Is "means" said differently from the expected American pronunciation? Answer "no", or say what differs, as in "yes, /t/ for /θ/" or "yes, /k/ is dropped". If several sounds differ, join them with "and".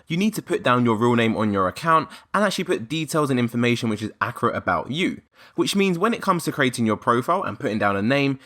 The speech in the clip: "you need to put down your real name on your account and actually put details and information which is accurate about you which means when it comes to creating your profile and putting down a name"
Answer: no